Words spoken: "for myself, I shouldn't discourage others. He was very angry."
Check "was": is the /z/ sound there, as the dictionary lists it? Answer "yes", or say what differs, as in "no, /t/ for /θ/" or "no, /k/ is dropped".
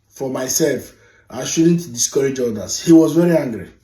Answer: yes